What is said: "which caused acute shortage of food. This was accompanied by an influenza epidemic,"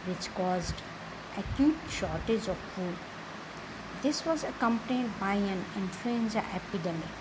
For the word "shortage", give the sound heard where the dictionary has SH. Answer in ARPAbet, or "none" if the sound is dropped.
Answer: SH